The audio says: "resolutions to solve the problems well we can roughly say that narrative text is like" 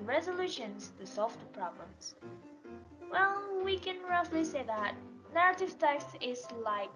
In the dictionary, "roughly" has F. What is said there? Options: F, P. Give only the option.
F